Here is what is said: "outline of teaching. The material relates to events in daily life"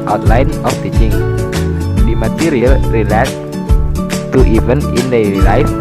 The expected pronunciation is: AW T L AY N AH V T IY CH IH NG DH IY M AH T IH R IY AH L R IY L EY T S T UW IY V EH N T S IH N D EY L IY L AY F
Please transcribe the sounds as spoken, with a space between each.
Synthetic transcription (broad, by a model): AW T L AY N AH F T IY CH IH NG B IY M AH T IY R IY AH L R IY L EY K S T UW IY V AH N IH N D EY IY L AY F